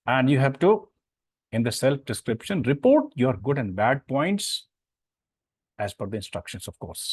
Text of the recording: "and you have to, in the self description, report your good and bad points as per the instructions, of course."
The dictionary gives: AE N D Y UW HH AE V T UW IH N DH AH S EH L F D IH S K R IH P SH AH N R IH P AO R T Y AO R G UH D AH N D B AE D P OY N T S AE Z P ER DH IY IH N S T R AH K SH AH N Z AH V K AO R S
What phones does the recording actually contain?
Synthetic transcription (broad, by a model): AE N D Y UW HH AE V T UW IH N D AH S EH L F D IH S K R IH P SH AH N R IH P AO R T Y AO R G UH D AH N D B AE D P OY N T S AE Z F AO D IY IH N S T R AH K SH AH N S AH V K AO R S